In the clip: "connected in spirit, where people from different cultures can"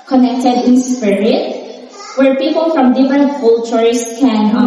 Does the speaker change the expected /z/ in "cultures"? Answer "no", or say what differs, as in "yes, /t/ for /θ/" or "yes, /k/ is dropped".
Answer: yes, /s/ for /z/